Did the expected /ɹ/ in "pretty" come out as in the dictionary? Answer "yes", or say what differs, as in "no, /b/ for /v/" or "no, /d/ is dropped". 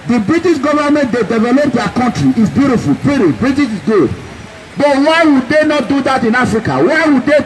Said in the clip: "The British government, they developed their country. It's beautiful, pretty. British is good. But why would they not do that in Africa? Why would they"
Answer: no, /ɹ/ is dropped